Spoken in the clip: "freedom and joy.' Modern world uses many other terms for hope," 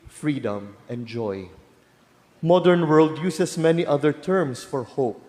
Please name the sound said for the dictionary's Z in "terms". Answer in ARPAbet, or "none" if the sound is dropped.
S